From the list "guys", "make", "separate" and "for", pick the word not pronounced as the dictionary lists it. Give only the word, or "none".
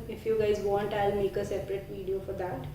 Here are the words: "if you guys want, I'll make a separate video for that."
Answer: none